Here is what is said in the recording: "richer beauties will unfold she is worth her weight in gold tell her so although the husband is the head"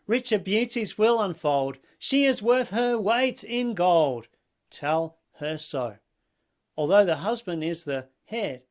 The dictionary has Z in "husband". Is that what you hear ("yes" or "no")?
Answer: yes